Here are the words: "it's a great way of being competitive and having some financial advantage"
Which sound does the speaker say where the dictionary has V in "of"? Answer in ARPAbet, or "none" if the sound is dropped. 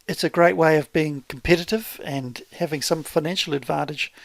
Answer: V